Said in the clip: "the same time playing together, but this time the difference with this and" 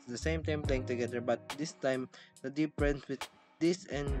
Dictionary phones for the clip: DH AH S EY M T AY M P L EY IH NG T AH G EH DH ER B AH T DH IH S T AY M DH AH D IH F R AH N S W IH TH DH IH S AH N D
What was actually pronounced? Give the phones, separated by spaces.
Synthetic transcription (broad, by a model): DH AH S EY M T AY M P L EY IH NG T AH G EH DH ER B AH T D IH S T AY M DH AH D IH P R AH N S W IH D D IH S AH N